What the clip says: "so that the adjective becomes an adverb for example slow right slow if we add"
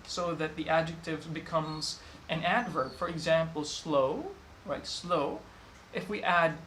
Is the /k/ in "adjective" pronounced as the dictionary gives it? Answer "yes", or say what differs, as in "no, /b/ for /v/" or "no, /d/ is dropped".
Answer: yes